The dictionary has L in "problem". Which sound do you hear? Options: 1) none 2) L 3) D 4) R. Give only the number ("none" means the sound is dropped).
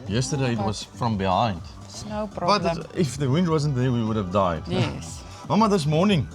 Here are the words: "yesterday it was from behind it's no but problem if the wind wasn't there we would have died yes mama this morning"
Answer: 1